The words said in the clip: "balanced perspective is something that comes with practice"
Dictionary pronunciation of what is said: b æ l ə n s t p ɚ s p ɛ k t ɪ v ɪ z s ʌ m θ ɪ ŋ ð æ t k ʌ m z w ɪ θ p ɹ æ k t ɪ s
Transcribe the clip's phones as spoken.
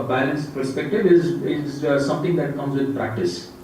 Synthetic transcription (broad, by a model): b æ l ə n s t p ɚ s p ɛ k t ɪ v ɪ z s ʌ m t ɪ ŋ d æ t k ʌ m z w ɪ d p ɹ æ k t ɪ s